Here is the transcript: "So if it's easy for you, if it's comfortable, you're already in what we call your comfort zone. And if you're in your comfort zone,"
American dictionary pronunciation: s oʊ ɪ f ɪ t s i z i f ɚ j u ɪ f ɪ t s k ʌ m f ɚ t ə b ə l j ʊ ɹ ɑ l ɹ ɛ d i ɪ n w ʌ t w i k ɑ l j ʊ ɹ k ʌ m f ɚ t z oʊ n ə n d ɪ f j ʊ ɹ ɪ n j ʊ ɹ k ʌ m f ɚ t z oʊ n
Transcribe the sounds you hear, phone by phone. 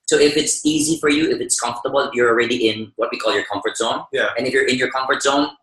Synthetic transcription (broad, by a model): s oʊ ɪ f ɪ t s i z i f ɚ j u ɪ f ɪ t s k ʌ m f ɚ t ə b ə l j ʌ ɹ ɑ l ɹ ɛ d i ɪ n w ʌ t w i k ɑ l j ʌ ɹ k ʌ m f ɚ t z oʊ n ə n ɪ f j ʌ ɹ ɪ n j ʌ ɹ k ʌ m f ɚ t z oʊ n